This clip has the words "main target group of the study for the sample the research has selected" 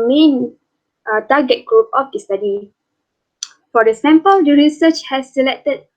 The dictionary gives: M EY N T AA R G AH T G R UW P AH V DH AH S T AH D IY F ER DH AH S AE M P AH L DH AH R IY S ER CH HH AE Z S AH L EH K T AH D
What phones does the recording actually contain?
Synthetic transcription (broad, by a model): M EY N T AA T G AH T G R UW P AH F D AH S T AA D IY F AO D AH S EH M P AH L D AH R IY S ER CH HH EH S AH L EH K T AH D